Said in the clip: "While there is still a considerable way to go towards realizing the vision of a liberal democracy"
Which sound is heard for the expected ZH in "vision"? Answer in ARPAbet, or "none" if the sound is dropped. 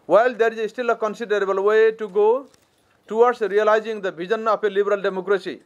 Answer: Z